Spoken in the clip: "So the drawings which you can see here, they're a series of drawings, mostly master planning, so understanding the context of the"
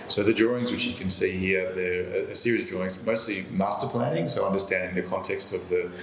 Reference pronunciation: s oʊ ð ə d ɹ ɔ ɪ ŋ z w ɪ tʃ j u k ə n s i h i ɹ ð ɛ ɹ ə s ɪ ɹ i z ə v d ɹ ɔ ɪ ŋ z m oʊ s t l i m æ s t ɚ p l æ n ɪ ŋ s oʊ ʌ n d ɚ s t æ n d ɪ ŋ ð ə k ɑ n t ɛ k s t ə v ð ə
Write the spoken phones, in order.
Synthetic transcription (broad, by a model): s oʊ ð ə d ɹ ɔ ɪ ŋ z w ɪ tʃ j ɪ k ə n s i h i ɹ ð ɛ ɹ ə s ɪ ɹ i ə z d ɹ ɔ ɪ ŋ z m oʊ s t l i m æ s t ɚ p l æ n ɪ ŋ s oʊ ʌ n d ɚ s t æ n d ɪ ŋ ð ə k ɑ n t ɛ k s t ə v ð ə